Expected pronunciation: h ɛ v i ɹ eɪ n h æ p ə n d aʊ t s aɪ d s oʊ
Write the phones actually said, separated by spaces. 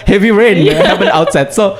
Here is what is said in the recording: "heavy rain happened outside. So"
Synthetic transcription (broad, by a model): h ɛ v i ɹ eɪ n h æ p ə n aʊ t s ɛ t s oʊ